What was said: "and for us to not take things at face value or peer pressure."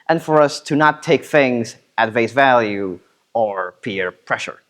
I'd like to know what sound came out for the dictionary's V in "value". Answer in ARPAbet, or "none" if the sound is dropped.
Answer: V